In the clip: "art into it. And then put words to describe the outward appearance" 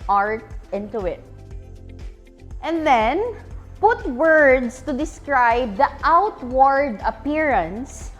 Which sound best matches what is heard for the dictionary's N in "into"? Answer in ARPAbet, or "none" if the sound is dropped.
N